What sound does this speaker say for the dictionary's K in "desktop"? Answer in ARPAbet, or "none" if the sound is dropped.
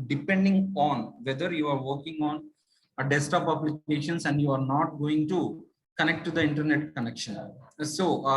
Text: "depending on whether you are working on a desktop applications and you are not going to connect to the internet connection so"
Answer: none